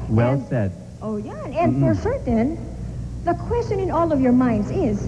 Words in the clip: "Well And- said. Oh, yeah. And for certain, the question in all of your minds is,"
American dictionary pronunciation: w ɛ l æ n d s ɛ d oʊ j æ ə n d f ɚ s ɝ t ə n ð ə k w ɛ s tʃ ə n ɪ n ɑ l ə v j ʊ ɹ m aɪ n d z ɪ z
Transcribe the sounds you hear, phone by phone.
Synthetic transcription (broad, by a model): w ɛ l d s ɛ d oʊ j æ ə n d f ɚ ʃ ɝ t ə n ð ə k w ɛ s tʃ ə n ɪ n ɑ l ə v j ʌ ɹ m aɪ n d z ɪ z